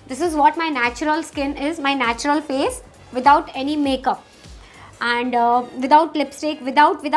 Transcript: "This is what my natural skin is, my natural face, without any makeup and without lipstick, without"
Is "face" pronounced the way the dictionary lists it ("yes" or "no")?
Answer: no